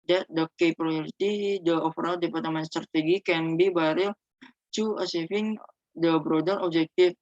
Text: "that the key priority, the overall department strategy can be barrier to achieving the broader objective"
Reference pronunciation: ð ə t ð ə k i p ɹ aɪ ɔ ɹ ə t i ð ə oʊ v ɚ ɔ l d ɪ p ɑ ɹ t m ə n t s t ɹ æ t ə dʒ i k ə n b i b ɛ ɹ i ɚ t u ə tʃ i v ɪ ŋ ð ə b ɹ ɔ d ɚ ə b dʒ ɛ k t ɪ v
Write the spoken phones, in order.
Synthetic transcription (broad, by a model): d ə t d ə k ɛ p ɹ aɪ ɔ ɹ ə t i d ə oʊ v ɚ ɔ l d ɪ p ɑ ɹ t m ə n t s t ɹ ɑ t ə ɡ i k ə n b i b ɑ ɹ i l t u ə s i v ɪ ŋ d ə b ɹ ɔ d ɚ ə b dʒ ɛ k t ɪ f